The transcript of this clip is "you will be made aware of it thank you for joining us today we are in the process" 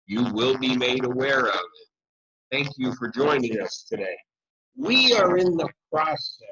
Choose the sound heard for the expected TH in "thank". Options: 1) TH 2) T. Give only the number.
1